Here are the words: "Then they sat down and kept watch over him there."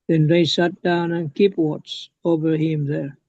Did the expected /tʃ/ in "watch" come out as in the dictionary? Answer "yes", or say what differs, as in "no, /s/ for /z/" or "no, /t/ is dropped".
no, /s/ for /tʃ/